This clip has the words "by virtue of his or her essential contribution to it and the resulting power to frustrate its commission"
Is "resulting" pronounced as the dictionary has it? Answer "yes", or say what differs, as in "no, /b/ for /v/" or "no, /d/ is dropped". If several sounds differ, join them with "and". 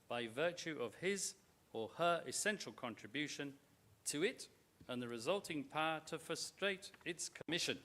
yes